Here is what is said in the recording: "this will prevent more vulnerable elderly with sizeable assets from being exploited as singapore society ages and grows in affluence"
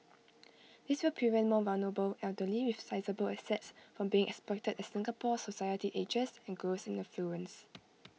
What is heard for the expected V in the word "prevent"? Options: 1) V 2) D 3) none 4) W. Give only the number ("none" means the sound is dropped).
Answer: 3